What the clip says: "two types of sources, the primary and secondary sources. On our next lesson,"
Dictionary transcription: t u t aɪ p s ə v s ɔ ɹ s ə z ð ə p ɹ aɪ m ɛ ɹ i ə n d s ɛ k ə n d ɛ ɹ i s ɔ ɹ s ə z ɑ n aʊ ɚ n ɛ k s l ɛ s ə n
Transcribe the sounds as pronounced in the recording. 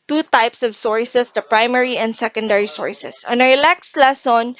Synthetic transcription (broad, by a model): t u t aɪ p s ə v s ɔ ɹ s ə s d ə p ɹ aɪ m ɛ ɹ i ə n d s ɛ k ə n d ɛ ɹ i s ɔ ɹ s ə s ɑ n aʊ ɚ l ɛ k s l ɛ s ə n